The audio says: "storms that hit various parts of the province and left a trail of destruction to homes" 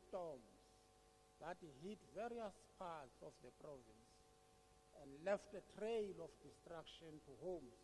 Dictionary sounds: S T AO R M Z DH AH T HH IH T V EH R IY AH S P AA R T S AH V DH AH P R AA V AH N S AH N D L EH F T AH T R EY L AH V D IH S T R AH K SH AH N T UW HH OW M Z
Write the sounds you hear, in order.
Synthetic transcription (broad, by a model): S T AO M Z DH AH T HH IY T V EH R IY AH S P AA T S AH F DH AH P R AA V AH N S AH N D L EH F T AH T R EY L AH F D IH S T R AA K SH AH N T UW HH OW M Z